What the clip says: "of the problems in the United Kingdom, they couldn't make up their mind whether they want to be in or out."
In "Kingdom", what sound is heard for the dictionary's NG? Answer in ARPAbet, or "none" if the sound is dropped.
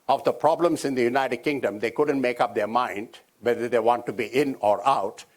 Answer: NG